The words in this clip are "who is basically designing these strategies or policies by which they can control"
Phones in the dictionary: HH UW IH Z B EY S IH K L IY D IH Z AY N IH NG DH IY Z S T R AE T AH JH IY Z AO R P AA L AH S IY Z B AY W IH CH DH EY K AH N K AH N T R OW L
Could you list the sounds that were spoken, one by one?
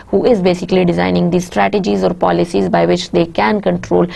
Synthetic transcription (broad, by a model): HH UW IH Z B EY S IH K L IY D IH Z AY N IH NG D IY S T R AE T AH JH IY Z AO R P AA L AH S IY Z B AY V IH CH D EY K AH N K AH N T R OW L